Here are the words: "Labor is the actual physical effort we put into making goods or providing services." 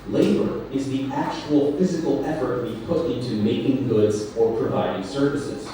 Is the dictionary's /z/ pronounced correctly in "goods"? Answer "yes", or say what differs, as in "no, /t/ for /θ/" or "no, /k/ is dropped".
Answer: yes